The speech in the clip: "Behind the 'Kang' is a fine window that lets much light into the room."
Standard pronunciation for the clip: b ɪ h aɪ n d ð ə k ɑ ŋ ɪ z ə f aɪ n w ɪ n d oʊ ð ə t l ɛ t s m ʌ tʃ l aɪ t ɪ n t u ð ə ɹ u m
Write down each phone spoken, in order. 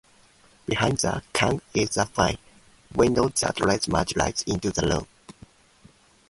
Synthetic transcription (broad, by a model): b ɪ h aɪ n d ð ə k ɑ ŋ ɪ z ə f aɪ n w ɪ n d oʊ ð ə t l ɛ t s m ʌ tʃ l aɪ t ɪ n t u ð ə l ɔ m